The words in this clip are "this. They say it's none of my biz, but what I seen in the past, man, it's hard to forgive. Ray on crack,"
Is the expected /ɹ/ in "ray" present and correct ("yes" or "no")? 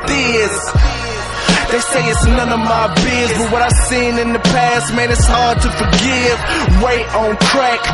no